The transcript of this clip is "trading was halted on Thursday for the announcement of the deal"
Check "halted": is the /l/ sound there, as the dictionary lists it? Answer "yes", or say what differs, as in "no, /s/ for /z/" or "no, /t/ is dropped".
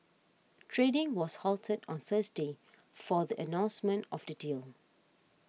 yes